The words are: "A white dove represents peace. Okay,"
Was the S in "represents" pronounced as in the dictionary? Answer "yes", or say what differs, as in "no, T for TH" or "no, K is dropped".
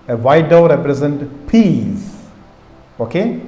no, S is dropped